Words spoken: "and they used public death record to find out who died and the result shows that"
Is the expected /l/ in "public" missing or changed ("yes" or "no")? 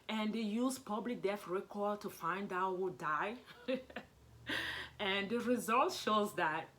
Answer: no